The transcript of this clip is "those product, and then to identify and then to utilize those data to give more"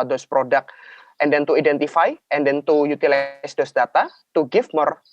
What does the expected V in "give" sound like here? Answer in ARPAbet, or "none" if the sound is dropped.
F